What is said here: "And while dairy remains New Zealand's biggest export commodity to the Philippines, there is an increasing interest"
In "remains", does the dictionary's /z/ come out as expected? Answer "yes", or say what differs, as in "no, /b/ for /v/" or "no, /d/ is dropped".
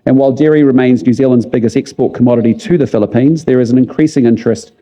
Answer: yes